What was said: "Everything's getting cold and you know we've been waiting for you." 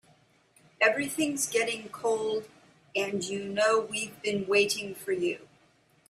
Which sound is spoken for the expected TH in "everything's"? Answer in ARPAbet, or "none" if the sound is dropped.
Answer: TH